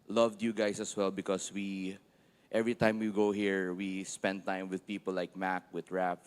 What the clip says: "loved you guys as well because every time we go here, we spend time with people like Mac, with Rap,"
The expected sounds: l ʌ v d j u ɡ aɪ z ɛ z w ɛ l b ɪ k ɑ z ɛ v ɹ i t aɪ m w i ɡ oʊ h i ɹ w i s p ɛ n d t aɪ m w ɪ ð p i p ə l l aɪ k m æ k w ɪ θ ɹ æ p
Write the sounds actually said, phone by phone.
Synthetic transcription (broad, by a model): l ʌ v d j u ɡ aɪ s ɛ s w ɛ l b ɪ k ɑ s ɛ v ɹ i t aɪ m w i ɡ oʊ h i ɹ w i s p ɛ n d t aɪ m w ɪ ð p i p ə l l aɪ k m æ k w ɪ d ɹ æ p